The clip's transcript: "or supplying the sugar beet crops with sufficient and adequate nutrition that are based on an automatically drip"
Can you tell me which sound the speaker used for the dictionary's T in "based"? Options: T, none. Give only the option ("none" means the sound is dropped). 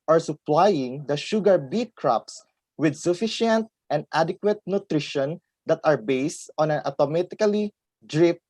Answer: T